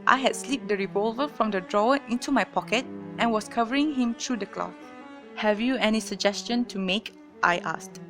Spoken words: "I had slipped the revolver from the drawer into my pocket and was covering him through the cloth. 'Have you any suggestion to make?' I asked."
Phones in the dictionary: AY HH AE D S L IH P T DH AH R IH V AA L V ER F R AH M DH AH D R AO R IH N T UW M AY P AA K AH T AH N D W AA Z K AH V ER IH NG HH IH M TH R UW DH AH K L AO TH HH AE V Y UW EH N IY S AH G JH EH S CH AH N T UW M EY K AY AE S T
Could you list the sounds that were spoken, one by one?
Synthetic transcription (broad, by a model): AY HH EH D S L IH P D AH R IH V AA L V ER F R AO M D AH D R AO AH IH N T UW M AY P AA K AH T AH N W AA S K AH V ER IH NG HH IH M T R UW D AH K L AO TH HH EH V Y UW EH N IY S AH G JH EH S CH AH N T UW M EY K AY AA S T